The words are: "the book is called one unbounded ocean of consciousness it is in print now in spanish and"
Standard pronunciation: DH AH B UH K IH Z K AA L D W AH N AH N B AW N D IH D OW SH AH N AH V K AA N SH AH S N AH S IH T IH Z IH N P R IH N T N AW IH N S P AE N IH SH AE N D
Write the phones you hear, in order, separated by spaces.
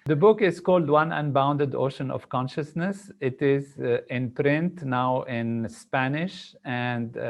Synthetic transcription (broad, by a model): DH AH B UH K IH Z K AA L D W AH N AH N B AW N D IH D OW SH AH N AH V K AA N SH AH S N AH S IH T IH Z IH N P R IH N T N AW IH N S P AE N IH SH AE N D